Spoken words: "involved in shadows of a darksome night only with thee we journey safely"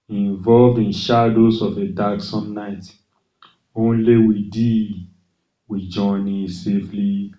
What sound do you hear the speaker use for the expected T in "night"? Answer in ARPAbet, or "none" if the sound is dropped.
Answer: T